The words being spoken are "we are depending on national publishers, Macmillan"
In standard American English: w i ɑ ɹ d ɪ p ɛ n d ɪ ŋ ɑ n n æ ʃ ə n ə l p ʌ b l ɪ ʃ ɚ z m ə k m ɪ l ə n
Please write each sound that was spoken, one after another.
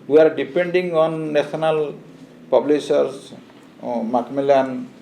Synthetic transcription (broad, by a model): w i ɑ ɹ d ɪ p ɛ n d ɪ ŋ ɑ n n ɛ s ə n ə l p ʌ b l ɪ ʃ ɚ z m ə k m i l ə n